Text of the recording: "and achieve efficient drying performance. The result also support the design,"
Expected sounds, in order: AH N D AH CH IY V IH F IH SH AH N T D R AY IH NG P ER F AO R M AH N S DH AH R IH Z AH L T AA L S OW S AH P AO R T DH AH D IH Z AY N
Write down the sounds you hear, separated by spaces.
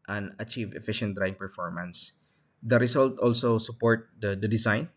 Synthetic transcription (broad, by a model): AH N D AH CH IY V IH F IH SH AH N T D R AY IH NG P ER F AO R M AH N S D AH R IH S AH L T AA L S OW S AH P AO R T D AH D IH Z AY N